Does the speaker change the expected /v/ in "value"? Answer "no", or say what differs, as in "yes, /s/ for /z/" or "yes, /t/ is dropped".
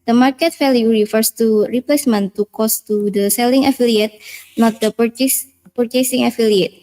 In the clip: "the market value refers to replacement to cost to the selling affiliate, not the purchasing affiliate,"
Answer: yes, /f/ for /v/